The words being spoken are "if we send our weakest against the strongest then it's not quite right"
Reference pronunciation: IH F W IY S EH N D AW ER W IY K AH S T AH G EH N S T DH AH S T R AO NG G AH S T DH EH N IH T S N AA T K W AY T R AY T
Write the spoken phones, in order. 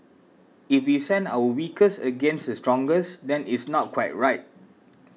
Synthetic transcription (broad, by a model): IH F W IY S EH N D AW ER W IY K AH S AH G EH N S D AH S T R AO NG G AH S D EH N IH T S N AA T K W AY T R AY T